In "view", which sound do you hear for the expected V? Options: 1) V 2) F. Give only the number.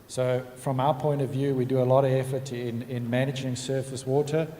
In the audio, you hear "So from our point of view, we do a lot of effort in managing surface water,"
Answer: 1